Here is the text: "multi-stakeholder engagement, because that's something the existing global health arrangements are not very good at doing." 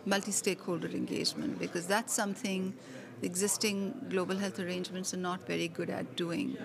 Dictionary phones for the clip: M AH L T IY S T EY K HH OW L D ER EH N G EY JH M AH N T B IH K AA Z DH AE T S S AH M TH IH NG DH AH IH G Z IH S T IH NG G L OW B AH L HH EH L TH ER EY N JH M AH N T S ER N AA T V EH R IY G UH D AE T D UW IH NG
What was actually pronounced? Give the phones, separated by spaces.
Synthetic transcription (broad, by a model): M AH L T IY S T EY K HH OW L D ER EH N G EY JH M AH N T B IH K AA Z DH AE T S S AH M T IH NG IH G Z IH S T IH NG G L OW B AH L HH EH L T ER EY N JH M AH N T S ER N AA T V EH R IY G UH D AE T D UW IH NG